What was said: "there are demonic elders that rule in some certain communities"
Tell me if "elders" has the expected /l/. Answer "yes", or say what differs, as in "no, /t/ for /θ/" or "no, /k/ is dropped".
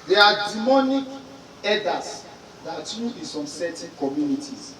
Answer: no, /l/ is dropped